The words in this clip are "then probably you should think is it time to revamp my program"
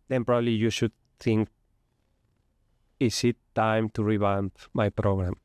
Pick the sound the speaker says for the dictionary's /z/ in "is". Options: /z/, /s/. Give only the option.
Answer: /s/